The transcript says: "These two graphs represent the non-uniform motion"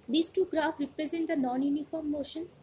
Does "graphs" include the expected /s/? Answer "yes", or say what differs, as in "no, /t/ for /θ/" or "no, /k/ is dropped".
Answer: no, /s/ is dropped